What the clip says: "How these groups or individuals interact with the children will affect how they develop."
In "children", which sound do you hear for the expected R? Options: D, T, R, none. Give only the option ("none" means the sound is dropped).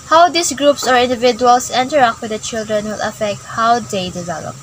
R